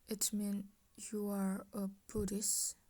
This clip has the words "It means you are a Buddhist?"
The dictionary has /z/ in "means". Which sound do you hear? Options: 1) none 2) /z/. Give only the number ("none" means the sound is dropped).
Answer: 1